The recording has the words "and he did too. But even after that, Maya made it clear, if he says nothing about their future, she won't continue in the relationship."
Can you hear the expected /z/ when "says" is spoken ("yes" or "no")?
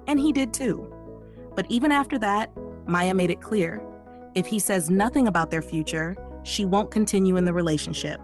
yes